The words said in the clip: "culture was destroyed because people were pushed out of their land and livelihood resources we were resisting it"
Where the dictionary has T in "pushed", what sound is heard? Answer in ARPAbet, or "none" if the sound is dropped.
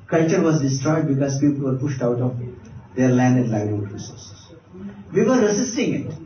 T